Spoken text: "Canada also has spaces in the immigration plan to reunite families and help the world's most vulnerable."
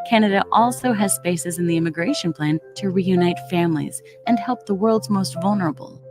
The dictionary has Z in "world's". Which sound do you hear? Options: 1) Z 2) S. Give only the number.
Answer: 1